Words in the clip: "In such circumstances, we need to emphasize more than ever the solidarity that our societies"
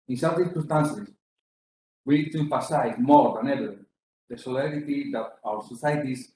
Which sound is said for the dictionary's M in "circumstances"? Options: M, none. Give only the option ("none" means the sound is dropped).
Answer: none